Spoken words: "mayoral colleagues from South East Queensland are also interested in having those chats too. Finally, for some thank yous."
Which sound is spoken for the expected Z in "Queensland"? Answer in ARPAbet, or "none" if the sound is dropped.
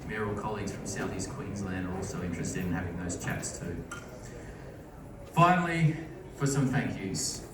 Z